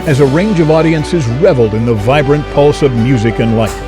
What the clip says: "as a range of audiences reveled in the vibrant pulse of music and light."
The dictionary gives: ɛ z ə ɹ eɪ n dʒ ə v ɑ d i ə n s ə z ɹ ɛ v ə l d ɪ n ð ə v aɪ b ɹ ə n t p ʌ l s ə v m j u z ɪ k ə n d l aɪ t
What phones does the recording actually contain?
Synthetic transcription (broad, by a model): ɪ z ə ɹ eɪ n dʒ ə v ɑ d i ə n s ə z ɹ ɛ v l d ɪ n ð ə v aɪ b ɹ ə n p ʌ l s ə v m j u z ɪ k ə n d l aɪ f